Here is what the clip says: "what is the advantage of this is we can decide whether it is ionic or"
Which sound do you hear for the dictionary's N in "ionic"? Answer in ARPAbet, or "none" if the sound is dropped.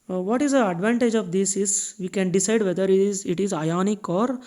N